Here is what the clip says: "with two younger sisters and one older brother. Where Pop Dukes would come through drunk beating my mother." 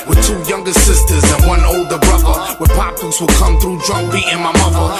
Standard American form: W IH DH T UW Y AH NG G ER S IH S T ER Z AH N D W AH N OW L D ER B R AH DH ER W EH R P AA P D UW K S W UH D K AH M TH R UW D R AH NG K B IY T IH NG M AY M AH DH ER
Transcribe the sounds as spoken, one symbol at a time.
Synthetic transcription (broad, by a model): W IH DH T UW Y AH NG G ER S IH S T ER Z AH N W AH N OW L D ER B R AH DH ER W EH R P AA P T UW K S W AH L K AH M TH R UW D R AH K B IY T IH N M AY M AH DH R